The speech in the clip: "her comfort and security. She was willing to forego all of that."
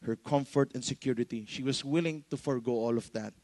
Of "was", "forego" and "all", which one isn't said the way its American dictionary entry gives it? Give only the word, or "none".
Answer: was